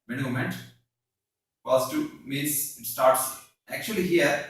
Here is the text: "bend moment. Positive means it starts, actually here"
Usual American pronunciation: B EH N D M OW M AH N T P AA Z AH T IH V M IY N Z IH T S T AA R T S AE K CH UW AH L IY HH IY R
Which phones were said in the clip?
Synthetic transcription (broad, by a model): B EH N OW M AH N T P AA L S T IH M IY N S IH T S T AA R T S AE K CH UW AH L IY HH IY R